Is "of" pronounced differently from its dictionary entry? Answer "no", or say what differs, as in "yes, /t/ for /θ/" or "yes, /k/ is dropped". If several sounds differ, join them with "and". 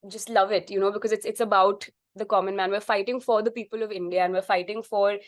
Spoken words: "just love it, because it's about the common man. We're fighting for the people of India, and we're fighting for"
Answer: no